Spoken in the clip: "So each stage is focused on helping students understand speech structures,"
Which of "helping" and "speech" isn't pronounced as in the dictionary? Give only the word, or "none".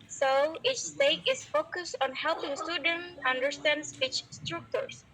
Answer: speech